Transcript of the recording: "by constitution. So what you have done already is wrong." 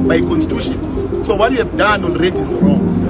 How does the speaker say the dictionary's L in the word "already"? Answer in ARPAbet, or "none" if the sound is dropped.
N